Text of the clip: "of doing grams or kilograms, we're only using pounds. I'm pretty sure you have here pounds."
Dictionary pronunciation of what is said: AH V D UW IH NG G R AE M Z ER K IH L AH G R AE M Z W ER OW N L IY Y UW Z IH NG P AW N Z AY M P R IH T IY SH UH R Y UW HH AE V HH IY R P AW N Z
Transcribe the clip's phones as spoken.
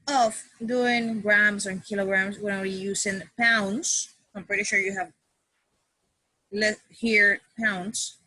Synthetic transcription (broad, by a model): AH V D UW IH NG G R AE M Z ER K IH L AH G R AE M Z W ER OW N W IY Y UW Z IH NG P AW N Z AY M P R IH T IY SH UH R Y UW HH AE V HH IY R P AW N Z